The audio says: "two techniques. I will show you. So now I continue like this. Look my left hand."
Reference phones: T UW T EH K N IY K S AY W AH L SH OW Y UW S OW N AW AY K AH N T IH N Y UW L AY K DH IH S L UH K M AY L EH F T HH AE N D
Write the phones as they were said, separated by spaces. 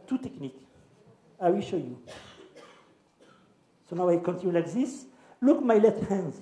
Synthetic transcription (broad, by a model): T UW T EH K N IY K AY W AH L SH OW Y UW S OW N AW AY K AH N T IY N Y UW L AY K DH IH S L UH K M AY L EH T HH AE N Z